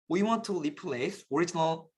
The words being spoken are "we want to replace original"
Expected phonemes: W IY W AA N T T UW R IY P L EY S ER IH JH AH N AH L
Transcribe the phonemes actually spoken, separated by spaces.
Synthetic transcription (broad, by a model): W IY W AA N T T UW L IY P L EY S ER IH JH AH N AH L